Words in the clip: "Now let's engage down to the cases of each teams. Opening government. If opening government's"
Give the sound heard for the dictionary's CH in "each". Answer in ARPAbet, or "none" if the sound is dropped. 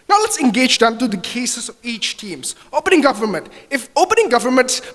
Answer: CH